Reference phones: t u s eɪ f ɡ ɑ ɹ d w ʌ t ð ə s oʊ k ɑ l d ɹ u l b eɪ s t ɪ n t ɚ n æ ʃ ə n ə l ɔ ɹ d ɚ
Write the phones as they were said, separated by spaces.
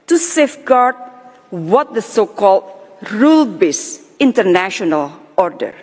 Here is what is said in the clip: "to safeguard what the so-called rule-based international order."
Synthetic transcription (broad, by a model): t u s eɪ f ɡ ɑ ɹ d w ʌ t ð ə s oʊ k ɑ l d ɹ u l b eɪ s ɪ n t ɚ n æ ʃ ə n ə l ɔ ɹ d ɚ